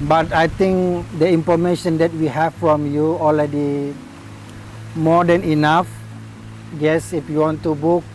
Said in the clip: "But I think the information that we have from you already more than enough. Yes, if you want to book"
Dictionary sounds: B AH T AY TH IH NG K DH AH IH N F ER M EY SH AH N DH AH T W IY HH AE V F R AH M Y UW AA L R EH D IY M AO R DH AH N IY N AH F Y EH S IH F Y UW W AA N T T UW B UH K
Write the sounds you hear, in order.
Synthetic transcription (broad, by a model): B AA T AY T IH NG K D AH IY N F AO M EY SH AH N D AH T W IY HH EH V F R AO M Y UW AA L R EH D IY M AO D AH N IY N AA F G EH S IH F Y UW W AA N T T UW B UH K